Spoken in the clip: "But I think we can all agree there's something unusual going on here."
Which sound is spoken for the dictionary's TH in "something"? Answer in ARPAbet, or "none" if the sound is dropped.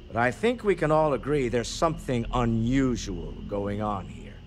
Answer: TH